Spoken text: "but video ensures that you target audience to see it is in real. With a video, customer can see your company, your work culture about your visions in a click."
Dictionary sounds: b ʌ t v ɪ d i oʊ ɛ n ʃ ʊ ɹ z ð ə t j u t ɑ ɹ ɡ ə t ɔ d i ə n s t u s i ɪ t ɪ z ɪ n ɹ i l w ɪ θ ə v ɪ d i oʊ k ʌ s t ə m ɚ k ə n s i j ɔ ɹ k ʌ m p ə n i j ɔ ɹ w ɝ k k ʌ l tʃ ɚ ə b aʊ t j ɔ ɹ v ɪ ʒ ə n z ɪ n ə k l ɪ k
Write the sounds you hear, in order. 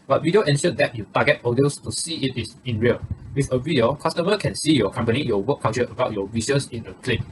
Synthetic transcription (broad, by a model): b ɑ t w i d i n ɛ n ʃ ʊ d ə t j u t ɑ ɡ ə t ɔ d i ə s t u s i ɪ t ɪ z ɪ n ɹ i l w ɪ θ ə v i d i oʊ k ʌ s t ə m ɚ k ə n s i j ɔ k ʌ m p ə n i j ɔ w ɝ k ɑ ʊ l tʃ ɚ ə b aʊ t j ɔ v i s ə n s ɪ n ə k l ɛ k